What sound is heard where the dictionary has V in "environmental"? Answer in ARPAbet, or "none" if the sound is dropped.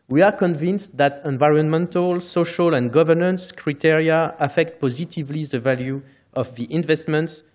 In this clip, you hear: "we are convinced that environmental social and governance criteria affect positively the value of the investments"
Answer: V